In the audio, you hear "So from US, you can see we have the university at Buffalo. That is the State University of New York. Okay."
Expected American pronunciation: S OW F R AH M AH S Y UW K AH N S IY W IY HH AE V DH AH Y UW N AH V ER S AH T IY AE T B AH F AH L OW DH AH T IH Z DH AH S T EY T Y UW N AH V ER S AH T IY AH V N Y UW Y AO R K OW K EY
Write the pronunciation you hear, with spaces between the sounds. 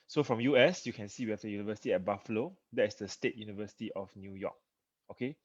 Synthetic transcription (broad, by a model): S OW F R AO M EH S Y UW K AH N S IY W IY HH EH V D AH Y UW N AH V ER S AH T IY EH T B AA F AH L OW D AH T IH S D AH S T EY T Y UW N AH V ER S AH T IY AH F N Y UW Y AO K OW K EY